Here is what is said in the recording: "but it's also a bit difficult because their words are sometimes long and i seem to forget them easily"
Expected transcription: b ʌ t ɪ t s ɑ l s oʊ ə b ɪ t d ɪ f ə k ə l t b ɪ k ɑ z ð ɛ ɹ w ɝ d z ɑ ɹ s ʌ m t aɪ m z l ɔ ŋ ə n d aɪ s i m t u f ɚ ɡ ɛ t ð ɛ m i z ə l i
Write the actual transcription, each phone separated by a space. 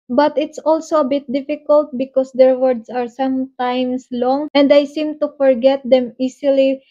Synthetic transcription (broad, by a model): b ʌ t ɪ t s ɑ l s oʊ ə b ɪ t d ɪ f ə k ə l t b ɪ k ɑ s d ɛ ɹ w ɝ d s ɑ ɹ s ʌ m t aɪ m s l ɔ ŋ ə n d aɪ s i m t u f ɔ ɡ ɛ t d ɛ m i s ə l i